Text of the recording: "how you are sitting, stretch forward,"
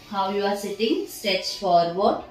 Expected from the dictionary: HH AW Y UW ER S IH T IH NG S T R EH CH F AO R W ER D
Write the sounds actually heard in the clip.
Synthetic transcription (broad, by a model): HH AW Y UW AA S IH T IH NG S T EH S F AO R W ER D